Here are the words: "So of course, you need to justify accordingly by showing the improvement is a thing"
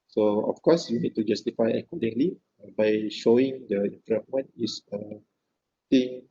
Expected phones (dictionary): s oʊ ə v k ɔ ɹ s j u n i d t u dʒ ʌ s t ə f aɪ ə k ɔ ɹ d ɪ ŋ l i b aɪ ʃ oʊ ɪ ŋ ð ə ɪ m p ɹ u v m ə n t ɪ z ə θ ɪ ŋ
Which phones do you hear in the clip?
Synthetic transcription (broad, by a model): s oʊ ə f k ɔ s j u n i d t u dʒ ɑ s t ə f aɪ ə k ɔ d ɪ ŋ l i b aɪ ʃ oʊ ɪ ŋ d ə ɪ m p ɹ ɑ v m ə n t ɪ s ə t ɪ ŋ